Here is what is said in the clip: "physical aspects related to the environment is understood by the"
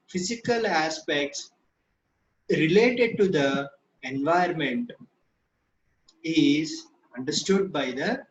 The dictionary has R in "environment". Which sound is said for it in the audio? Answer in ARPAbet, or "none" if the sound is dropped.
none